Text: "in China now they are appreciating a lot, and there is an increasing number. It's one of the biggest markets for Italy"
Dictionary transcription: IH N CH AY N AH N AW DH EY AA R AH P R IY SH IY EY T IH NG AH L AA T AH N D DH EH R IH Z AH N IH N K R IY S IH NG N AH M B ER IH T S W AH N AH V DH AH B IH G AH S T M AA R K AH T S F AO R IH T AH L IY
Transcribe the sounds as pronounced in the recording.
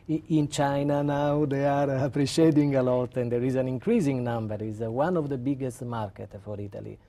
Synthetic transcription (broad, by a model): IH N CH AY N AH N AW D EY AA R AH P R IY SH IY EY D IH NG AH L AA T AH N D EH R IH Z AH N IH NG K R IY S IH NG N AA M B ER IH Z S W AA N AH V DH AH B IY G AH S T M AA R K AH T F AO R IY T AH L IY